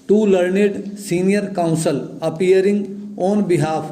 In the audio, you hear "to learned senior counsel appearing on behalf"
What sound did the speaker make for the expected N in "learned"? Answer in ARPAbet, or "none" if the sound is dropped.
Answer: N